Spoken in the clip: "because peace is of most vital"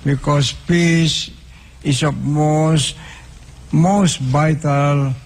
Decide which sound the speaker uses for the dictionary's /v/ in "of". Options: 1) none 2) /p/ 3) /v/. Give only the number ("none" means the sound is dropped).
2